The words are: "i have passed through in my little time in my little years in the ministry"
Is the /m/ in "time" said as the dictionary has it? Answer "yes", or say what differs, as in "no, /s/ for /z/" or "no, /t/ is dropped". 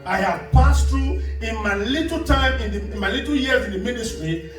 yes